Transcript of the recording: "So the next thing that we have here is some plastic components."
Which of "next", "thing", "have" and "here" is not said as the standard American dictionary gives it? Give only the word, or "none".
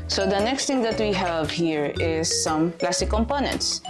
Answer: thing